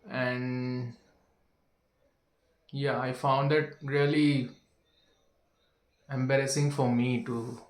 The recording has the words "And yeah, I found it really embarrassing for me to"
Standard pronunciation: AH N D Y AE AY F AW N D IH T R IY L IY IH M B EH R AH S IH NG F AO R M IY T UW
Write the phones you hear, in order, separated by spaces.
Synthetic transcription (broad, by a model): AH N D Y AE AY F AW N D IH T R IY L IY IH M B EH R AH S IH NG F AO R M IY T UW